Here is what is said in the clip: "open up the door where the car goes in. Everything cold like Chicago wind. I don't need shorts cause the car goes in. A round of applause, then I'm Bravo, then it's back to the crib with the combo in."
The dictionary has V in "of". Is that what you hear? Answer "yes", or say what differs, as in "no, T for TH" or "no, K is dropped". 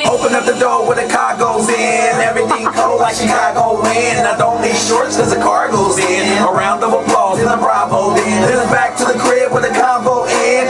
no, W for V